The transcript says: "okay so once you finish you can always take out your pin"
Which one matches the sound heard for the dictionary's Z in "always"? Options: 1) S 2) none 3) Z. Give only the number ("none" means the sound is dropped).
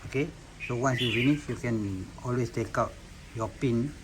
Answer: 1